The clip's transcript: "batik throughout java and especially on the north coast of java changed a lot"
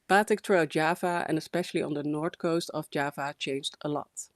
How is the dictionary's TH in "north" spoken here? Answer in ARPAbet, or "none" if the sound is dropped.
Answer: T